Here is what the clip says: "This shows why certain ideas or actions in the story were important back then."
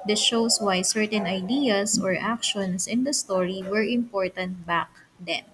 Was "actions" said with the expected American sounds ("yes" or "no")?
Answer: no